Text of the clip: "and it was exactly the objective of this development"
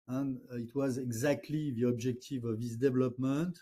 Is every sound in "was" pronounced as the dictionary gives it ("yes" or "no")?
yes